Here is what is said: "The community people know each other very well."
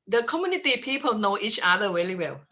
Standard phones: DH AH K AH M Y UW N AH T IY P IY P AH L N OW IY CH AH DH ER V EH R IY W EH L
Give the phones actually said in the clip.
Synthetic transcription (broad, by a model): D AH K AH M Y UW N AH T IY P IY P AH L N OW IY CH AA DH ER W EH L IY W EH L